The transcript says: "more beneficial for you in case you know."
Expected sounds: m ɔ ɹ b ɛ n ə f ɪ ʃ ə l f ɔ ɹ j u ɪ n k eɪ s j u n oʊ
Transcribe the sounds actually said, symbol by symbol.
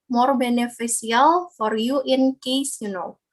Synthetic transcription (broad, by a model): m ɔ ɹ b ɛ n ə f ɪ s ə l f ɔ ɹ j u ɪ n k eɪ s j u n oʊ